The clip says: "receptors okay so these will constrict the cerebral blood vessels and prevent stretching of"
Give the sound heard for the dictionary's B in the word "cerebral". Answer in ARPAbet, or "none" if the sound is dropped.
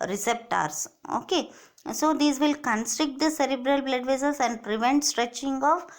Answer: B